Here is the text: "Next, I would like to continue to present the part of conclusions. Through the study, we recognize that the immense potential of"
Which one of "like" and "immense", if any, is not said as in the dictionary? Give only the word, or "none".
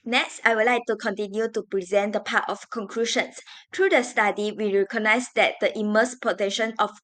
immense